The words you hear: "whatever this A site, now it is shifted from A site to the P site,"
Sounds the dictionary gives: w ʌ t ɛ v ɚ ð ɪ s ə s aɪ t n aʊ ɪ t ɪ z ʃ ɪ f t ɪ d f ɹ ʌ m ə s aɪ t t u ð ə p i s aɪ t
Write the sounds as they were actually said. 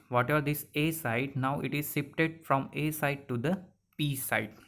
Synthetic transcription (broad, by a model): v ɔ t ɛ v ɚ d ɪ s ə s aɪ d n aʊ ɪ t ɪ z s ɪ p t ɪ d f ɹ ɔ m ə s aɪ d t u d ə p i s aɪ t